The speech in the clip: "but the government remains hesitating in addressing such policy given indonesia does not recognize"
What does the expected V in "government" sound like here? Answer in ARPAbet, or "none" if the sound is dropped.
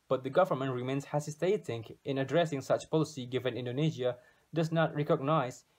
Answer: V